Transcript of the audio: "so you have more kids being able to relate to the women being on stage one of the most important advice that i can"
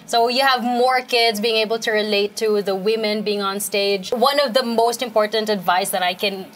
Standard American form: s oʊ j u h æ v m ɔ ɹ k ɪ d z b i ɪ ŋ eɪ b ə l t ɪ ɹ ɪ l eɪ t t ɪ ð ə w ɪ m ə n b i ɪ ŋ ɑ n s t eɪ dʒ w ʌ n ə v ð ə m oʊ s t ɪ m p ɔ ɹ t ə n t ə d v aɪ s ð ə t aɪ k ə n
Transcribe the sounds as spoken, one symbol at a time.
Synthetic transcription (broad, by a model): s oʊ j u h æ v m ɔ ɹ k ɪ d z b i ɪ ŋ eɪ b l t ɪ ɹ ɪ l eɪ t t ɪ ð ə w ɪ m ə n b i ɪ ŋ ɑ n s t eɪ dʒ w ʌ n ə v ð ə m oʊ s t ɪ m p ɔ ɹ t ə n t ə d v aɪ s ð ə t aɪ k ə n